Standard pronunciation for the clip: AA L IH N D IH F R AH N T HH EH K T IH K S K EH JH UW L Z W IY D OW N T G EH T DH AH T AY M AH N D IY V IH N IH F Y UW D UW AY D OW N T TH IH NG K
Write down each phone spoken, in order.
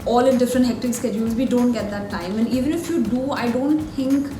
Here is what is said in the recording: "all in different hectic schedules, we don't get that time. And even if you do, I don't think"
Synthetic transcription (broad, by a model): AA L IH D IH F R AH N T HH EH K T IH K S K EH JH UW L Z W IY D OW N T G EH T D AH T AY M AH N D IY V IH N IH F Y UW D UW AY D OW N T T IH NG K